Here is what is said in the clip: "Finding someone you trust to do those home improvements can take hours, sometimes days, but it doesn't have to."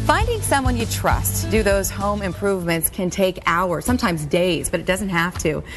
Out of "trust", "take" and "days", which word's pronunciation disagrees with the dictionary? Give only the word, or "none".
none